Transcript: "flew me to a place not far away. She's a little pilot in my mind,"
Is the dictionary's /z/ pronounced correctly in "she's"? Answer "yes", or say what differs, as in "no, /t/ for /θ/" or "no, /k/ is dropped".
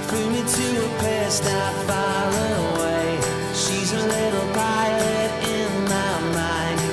yes